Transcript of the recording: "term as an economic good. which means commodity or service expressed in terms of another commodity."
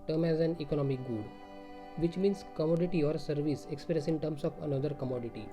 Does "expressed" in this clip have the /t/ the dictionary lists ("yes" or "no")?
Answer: no